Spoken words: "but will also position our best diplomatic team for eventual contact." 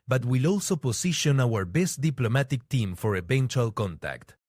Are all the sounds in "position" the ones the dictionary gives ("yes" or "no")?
no